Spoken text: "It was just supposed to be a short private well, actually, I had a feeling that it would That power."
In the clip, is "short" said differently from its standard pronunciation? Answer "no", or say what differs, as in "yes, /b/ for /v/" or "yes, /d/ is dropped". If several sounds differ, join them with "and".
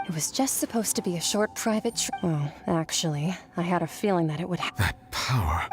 no